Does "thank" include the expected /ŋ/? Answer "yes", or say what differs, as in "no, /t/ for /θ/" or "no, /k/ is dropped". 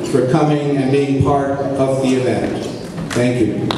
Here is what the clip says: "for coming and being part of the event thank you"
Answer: yes